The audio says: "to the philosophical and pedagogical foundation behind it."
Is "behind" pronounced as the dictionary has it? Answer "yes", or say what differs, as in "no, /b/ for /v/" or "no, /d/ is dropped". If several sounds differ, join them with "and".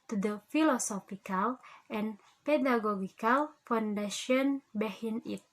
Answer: no, /d/ is dropped